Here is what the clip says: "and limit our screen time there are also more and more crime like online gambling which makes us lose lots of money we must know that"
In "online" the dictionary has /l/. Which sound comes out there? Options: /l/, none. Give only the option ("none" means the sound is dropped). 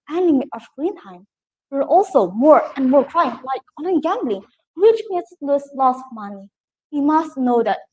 none